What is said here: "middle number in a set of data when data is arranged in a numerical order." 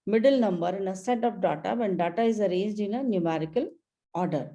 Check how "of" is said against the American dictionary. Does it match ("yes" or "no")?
no